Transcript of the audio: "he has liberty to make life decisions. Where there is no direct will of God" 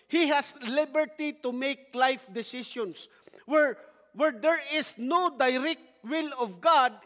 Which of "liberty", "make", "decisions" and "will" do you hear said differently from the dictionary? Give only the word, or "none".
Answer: decisions